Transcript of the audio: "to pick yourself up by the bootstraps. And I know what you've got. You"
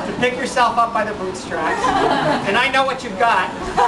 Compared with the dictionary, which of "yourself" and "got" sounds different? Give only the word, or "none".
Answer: none